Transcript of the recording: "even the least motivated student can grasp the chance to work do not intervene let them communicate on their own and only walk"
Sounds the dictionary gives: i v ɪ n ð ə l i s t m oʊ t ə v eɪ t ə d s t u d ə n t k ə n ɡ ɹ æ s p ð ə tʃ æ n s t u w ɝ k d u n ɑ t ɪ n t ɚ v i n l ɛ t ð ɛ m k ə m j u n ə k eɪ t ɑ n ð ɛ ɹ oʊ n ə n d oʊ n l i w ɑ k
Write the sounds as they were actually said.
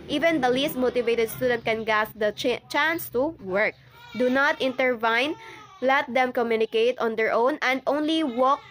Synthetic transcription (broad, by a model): i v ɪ n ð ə l i s t m oʊ t ə v eɪ t ə d s t u d ə n t k ə n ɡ æ s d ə tʃ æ n s t u w ɝ k d u n ɑ t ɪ n t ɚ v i n l ɛ t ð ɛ m k ə m j u n ə k eɪ t ɑ n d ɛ ɹ oʊ n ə n d oʊ n l i w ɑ k